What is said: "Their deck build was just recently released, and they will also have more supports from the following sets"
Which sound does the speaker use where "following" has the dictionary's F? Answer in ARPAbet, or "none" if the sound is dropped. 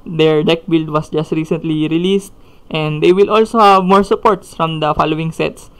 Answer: F